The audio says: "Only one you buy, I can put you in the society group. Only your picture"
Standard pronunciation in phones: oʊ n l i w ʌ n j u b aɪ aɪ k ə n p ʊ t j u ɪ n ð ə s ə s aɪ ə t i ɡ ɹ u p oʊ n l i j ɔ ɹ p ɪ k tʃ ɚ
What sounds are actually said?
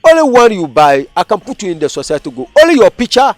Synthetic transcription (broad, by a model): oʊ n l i w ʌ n j u b aɪ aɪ k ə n p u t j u ɪ n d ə s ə s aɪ t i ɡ u oʊ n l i j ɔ p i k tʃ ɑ